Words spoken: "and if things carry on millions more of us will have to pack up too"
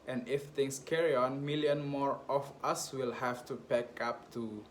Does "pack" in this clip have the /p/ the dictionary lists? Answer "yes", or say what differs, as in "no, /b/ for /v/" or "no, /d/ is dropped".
no, /b/ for /p/